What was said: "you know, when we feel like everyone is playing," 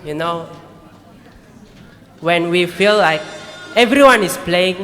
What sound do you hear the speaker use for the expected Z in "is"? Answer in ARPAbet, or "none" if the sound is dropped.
S